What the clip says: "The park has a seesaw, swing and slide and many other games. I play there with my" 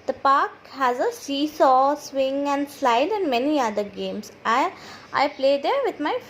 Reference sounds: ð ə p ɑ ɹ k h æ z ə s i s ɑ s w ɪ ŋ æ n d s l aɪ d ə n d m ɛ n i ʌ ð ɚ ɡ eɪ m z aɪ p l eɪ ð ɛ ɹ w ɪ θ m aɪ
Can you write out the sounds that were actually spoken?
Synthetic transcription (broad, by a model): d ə p ɑ ɹ k h æ z ə s i s ɑ s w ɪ ŋ æ n d s l aɪ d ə n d m ɛ n i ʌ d ɚ ɡ eɪ m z aɪ p l eɪ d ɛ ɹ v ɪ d m aɪ